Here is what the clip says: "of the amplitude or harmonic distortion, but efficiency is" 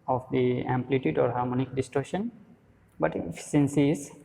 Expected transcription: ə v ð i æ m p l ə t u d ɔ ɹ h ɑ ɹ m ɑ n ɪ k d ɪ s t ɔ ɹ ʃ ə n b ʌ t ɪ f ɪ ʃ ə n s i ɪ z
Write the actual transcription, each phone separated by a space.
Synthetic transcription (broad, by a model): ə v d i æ m p l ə t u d ɔ ɹ h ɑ ɹ m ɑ n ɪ k d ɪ s t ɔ ɹ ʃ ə n b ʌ t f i s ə n s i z